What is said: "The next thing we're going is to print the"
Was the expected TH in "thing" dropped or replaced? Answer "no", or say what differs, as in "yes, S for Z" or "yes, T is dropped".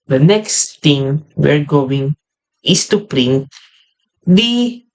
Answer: yes, T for TH